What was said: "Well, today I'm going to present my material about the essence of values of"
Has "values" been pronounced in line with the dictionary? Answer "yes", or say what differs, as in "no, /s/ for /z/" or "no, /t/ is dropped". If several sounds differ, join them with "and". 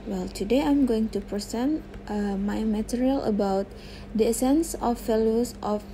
no, /s/ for /z/